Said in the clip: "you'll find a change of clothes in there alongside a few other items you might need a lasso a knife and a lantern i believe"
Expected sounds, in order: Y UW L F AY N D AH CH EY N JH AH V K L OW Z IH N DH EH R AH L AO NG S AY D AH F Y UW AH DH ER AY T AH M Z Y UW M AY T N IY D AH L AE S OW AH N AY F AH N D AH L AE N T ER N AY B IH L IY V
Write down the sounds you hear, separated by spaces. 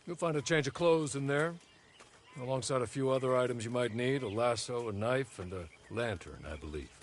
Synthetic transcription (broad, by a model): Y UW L F AY N D AH CH EY N JH AH V K L OW Z IH N DH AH R AH L AO NG S AY D AH F Y UW AH DH ER AY T AH M Z Y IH M AY T N IY D AH L AE S OW AH N AY F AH N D AH L AE N T ER N AY B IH L IY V